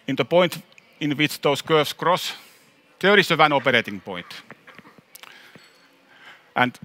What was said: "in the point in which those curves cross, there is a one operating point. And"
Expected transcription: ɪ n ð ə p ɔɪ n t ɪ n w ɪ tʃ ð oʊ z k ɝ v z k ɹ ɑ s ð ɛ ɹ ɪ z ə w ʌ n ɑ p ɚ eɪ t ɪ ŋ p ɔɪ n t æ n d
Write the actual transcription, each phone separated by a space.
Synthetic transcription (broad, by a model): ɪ n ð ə p ɔɪ n t ɪ n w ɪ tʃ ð oʊ s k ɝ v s k ɹ ɑ s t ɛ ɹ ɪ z ə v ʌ n ɑ p ɚ eɪ t ɪ ŋ p ɔɪ n t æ n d